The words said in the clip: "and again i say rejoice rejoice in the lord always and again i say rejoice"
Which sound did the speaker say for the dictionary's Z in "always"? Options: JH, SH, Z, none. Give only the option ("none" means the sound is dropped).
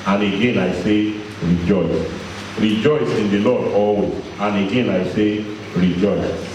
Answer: none